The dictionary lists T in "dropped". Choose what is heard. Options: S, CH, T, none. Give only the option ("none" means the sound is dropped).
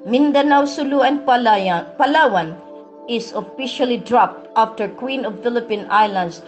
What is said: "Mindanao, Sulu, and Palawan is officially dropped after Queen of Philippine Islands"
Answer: T